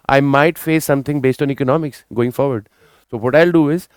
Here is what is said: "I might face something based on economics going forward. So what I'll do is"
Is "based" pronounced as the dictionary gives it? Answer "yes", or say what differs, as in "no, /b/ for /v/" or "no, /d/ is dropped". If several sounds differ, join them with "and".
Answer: yes